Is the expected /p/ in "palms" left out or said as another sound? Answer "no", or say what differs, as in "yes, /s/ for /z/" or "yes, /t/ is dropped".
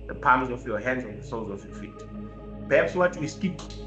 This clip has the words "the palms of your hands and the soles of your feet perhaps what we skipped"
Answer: no